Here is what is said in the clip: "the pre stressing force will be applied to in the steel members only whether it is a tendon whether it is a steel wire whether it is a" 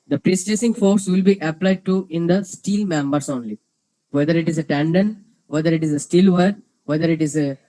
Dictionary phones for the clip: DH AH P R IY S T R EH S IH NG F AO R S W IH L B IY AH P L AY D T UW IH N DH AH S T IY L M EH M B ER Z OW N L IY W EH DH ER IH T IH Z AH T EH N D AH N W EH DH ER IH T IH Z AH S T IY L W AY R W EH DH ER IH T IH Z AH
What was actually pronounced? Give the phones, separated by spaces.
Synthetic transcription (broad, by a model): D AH P R IY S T EH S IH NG F AO R S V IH L B IY AH P L AY D T UW IH N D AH S T IY L M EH M B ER S OW N L IY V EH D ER IH T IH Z AH T EH N D AH N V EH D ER IH T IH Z AH S T IY L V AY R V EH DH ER IH T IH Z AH